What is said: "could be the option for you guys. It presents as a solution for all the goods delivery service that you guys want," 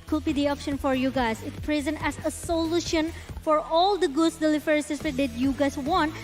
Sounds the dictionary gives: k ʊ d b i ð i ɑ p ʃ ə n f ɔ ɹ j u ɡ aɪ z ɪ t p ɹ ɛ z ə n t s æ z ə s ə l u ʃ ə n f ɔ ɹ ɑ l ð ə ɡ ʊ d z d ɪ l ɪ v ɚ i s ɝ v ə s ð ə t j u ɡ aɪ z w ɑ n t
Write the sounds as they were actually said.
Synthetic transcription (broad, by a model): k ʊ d b i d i ɑ p ʃ ə n f ɔ ɹ j u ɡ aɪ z ɪ t p ɹ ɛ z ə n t æ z ə s ə l u ʃ ə n f ɔ ɹ ɑ l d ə ɡ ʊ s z d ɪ l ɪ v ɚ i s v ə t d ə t j u ɡ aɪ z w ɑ n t